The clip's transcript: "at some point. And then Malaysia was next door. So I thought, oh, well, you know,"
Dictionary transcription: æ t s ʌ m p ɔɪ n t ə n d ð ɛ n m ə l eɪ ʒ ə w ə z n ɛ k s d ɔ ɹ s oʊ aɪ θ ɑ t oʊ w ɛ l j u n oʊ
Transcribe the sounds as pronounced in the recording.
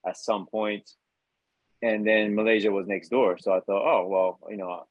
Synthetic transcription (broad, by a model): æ t s ʌ m p ɔɪ n t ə n ð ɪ n m ə l eɪ ʒ ə w ə z n ɛ k s d ɔ ɹ s oʊ aɪ θ ɑ t oʊ w ɛ l j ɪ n oʊ